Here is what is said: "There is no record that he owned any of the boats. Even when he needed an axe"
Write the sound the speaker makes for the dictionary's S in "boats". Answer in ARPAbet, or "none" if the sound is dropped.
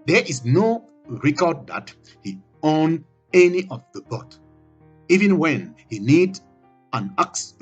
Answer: none